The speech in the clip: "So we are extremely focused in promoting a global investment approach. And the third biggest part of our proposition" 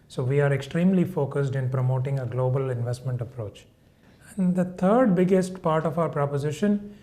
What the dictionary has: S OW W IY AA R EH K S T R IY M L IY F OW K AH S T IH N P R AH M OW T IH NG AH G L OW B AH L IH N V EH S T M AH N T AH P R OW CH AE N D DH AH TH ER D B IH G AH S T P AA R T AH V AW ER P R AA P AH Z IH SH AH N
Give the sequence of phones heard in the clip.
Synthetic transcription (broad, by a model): S OW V IY AA R EH K S T R IY M L IY F OW K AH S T IH N P R AH M OW T IH NG AH G L OW B AH L IH N V EH S T M AH N T AH P R OW CH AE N D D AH T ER D B IH G AH S T P AA R T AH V AW ER P R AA P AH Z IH SH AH N